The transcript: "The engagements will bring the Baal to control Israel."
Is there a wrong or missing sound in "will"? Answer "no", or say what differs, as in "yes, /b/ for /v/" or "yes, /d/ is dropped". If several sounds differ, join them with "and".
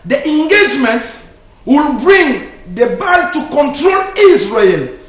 no